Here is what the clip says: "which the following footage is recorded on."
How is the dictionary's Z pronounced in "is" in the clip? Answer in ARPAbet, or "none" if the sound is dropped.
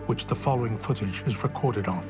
Z